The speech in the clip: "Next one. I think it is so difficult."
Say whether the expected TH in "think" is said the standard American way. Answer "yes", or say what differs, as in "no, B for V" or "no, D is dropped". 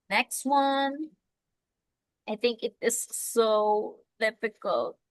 yes